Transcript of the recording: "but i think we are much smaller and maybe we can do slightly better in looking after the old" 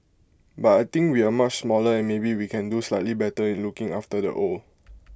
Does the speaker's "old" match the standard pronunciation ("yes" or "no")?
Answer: no